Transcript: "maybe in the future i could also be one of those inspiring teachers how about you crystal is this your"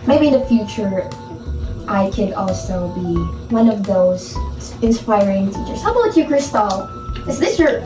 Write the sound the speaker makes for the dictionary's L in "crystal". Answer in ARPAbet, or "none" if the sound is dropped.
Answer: L